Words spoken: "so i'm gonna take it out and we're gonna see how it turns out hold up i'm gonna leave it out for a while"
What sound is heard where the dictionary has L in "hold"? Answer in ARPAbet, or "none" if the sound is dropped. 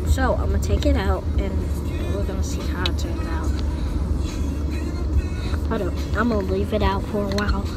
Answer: none